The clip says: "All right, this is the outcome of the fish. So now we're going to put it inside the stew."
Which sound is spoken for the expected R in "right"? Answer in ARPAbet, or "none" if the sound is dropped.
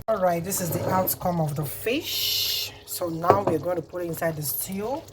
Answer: R